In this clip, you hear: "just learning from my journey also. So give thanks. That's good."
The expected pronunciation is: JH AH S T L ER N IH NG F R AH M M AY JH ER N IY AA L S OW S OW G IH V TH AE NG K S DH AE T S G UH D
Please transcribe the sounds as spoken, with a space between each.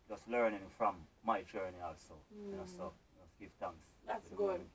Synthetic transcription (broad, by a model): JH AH S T L ER N IH NG F R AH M M AY JH ER N IY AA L S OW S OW G IH V T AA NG K S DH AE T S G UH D